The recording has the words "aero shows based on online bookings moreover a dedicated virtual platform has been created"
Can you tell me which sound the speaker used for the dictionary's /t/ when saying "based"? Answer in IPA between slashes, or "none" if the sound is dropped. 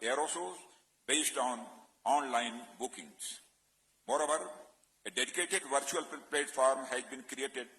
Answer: /t/